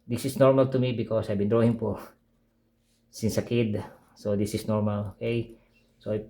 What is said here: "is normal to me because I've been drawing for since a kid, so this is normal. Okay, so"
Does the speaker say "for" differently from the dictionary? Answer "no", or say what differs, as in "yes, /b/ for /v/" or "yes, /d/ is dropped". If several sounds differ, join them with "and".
yes, /p/ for /f/